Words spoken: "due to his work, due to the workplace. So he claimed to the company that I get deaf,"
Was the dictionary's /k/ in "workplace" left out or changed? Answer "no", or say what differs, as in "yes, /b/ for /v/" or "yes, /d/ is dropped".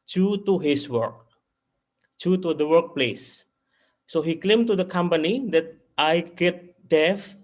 no